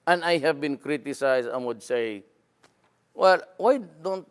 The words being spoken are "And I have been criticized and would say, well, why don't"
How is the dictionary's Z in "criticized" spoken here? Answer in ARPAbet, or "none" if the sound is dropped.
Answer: S